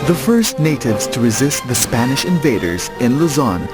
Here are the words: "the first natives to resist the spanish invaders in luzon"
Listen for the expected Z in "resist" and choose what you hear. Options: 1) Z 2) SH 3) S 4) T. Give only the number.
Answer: 1